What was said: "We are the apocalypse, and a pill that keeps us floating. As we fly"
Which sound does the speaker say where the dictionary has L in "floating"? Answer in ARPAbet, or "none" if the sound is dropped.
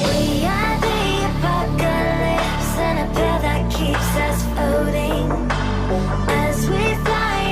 none